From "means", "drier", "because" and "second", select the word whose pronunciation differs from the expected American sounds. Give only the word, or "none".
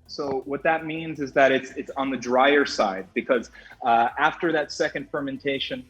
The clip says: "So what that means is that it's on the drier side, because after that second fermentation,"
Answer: none